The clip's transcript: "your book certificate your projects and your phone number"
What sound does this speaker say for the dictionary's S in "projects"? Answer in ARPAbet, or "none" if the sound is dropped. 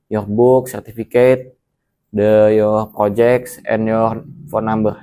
S